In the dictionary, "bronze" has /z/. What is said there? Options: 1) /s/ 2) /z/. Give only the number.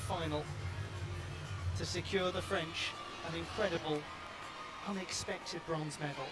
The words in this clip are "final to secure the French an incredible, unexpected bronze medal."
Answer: 2